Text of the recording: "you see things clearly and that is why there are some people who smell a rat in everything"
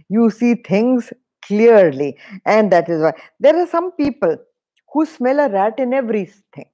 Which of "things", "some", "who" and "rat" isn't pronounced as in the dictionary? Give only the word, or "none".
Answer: things